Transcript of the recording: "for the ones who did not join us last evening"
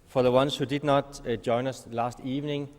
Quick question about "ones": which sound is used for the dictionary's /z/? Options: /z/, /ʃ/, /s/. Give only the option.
/s/